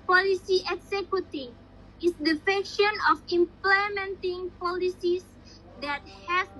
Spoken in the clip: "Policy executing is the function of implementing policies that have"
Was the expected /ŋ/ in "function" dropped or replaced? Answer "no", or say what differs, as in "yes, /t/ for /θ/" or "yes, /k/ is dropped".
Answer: yes, /ŋ/ is dropped